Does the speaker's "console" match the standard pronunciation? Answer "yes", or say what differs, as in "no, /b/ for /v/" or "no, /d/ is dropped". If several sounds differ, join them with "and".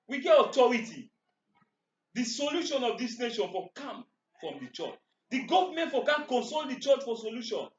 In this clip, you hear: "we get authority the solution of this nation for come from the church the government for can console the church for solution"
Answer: yes